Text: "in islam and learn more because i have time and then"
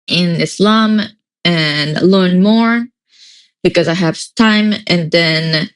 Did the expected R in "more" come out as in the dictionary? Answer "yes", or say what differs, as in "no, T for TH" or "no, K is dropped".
yes